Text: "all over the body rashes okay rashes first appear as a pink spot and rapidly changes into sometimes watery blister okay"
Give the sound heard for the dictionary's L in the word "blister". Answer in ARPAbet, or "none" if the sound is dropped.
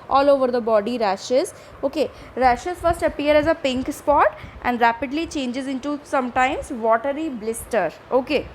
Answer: L